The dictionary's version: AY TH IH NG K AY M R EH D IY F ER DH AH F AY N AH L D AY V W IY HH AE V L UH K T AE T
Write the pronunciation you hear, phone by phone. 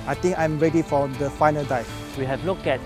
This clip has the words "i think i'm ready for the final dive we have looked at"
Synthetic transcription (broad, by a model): AY T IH NG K AY M R EH D IY F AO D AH F AY N AH L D AY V W IY HH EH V L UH K EH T